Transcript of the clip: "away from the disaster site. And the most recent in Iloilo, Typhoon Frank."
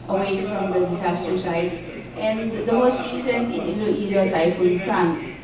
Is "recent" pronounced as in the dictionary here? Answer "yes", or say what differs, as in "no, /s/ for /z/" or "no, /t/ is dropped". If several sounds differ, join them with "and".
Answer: no, /t/ is dropped